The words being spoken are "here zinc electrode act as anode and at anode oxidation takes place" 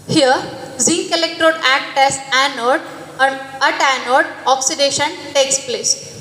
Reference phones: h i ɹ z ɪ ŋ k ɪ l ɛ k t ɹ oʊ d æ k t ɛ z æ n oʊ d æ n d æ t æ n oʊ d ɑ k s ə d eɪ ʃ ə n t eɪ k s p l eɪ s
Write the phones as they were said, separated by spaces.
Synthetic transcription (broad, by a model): h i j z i k ɪ l ɛ k t ɹ oʊ d æ k t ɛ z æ n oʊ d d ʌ t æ n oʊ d ɑ k s ə d eɪ ʃ ə n t eɪ k s p l eɪ s